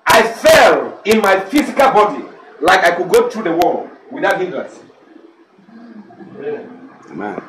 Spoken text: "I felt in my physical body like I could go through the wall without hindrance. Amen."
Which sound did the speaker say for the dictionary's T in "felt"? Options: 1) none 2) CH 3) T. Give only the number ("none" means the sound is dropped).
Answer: 1